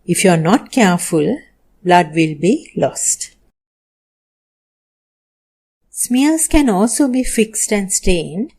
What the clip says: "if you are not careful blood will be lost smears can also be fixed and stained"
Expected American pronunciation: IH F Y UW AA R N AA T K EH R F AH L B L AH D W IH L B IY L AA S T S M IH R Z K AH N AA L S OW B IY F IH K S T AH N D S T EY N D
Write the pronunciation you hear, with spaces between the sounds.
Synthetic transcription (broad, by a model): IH F Y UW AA R N AA T K EH R F AH L B L AH D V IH L B IY L AA S T S M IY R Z K AH N AA L S OW B IY F IH K S T AH N D S T EY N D